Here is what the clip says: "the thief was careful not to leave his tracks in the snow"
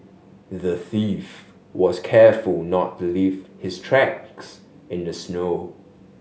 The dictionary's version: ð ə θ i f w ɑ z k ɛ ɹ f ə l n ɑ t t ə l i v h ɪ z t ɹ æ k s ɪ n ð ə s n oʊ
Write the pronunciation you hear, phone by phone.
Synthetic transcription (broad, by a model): ð ə θ i f w ɑ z k ɛ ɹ f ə l n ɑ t t l i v h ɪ s t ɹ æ k s ɪ n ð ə s n oʊ